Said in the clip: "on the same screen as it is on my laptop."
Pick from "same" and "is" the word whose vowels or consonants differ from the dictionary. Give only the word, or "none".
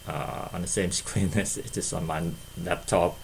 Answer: is